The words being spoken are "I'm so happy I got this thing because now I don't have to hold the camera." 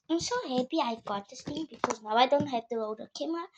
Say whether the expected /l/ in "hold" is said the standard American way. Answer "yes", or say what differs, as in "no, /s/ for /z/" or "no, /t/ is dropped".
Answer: no, /l/ is dropped